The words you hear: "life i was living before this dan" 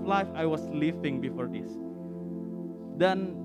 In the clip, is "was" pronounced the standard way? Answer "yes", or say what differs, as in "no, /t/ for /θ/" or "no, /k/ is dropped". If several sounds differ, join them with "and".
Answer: no, /s/ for /z/